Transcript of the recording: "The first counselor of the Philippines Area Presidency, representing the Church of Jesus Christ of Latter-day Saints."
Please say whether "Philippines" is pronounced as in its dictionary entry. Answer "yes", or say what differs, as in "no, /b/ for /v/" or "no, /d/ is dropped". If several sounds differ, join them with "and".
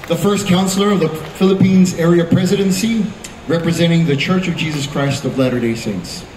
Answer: yes